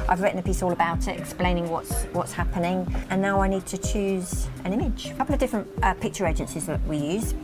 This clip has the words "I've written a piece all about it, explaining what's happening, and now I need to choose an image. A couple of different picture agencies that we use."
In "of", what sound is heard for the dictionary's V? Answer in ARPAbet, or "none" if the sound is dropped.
V